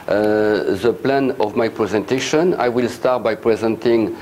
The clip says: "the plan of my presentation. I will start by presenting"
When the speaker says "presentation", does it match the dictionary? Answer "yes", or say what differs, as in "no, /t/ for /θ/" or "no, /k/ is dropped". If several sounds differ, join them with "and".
yes